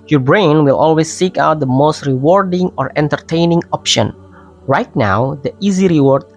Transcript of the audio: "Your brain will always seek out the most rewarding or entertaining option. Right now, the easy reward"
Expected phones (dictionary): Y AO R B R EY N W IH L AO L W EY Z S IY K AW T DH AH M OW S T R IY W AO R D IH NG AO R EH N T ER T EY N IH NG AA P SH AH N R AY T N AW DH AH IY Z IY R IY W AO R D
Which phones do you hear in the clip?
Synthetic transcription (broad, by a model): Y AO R B R EY N W IH L AO L W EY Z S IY K AW T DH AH M OW S T R IY W AO R D IH NG AO R EH N T ER T EY N IH NG AA P SH AH N R AY T N AW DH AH IY Z IY R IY W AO R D